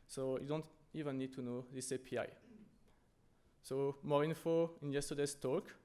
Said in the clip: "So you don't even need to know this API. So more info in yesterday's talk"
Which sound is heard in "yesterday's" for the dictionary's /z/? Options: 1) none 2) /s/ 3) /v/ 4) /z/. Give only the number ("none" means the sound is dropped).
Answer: 2